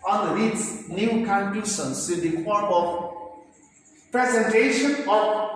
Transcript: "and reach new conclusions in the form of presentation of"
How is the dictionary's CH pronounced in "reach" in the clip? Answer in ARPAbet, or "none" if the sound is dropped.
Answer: S